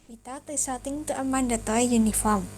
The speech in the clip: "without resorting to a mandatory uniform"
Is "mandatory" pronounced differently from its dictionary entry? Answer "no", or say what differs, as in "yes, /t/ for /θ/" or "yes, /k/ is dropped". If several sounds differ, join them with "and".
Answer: yes, /ɹ/ is dropped